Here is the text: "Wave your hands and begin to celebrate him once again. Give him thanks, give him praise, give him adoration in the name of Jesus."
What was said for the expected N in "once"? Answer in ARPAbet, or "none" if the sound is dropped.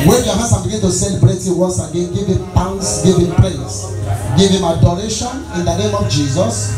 none